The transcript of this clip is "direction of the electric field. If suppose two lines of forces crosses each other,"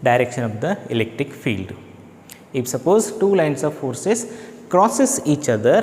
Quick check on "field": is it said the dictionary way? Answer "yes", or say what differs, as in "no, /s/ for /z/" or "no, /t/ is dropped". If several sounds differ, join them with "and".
yes